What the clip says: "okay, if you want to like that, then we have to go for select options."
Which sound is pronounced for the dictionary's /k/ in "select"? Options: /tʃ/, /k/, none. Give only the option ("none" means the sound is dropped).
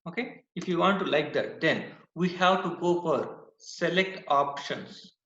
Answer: /k/